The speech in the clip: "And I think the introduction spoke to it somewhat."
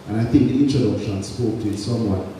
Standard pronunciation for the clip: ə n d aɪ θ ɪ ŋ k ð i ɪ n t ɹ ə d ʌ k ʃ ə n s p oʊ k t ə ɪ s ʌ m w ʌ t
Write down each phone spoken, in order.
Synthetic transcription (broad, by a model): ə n aɪ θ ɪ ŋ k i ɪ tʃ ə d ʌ ʃ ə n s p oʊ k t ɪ s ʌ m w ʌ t